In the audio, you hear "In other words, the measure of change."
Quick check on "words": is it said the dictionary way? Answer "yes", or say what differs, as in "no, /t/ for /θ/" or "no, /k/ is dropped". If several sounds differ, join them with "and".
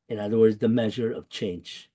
yes